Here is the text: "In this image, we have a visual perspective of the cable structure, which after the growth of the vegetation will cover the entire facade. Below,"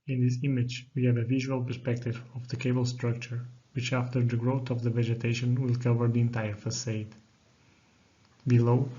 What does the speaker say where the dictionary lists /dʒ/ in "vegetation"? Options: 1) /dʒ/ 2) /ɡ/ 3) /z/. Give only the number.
1